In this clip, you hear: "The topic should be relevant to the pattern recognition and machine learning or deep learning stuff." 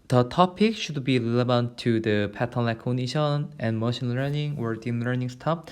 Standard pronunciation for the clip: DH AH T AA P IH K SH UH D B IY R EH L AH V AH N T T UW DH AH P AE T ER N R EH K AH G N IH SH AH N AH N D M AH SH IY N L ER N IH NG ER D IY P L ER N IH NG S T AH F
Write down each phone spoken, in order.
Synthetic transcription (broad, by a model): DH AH T AA P IH K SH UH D B IY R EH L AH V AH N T T UW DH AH P AE T ER N L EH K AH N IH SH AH N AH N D M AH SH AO N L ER N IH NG ER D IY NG L ER N IH NG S T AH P